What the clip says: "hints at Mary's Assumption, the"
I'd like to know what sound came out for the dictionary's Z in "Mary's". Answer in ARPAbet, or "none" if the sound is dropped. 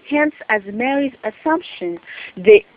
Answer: Z